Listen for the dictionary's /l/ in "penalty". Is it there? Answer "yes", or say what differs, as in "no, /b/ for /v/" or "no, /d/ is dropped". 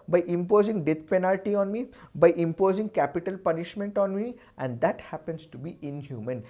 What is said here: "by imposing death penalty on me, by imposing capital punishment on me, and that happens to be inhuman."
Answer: yes